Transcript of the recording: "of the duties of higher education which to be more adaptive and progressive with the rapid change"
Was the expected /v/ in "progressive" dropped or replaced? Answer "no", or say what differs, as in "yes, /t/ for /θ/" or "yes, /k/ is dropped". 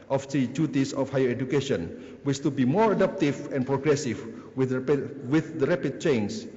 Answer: yes, /w/ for /v/